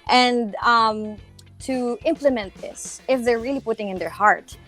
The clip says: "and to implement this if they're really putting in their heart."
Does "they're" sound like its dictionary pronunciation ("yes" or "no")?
yes